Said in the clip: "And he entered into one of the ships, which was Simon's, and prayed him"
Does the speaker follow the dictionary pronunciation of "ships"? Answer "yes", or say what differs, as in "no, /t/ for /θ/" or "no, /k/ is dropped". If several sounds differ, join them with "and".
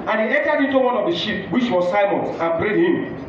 no, /s/ is dropped